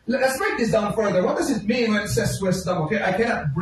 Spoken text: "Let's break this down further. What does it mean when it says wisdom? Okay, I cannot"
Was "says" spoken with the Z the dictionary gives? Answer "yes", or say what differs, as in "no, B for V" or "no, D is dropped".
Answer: no, S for Z